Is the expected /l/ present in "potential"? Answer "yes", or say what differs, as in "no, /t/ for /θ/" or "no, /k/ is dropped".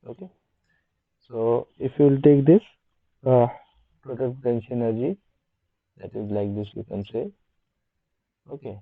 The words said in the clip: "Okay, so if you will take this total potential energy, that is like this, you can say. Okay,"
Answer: no, /n/ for /l/